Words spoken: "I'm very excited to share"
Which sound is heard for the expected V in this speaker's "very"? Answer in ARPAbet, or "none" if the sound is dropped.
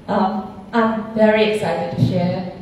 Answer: V